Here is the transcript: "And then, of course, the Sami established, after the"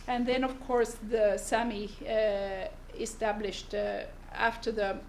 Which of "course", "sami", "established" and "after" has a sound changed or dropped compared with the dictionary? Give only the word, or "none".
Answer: none